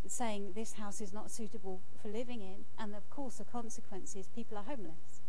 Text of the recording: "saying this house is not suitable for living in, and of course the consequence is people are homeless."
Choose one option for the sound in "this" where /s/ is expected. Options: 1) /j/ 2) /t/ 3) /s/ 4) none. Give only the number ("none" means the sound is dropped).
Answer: 3